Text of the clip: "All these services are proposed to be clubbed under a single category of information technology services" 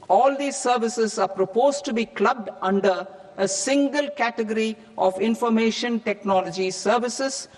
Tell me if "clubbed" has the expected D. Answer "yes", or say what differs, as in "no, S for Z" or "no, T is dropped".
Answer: yes